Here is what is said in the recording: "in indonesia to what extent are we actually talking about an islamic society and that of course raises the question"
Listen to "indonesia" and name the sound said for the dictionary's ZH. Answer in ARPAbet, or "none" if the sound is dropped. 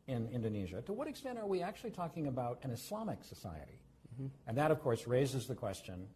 ZH